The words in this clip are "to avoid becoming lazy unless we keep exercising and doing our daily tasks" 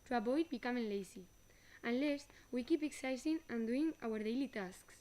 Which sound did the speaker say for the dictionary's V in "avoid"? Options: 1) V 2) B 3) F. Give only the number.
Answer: 2